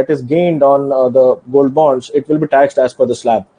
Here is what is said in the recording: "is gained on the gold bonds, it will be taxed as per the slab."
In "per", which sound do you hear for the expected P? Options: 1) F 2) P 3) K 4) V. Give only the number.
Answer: 1